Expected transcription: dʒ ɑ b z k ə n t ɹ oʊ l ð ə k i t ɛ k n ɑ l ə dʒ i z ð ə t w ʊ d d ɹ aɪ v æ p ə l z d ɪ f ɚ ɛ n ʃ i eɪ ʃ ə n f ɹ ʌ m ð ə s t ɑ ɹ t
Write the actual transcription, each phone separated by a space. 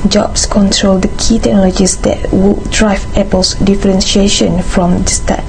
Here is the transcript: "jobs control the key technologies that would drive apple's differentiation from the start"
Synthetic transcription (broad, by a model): dʒ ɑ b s k ə n t ɹ oʊ l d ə k i t ɛ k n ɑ l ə dʒ i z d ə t w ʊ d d ɹ aɪ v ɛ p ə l s d ɪ f ɚ ɛ n ʃ i eɪ ʃ ə n f ɹ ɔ m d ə s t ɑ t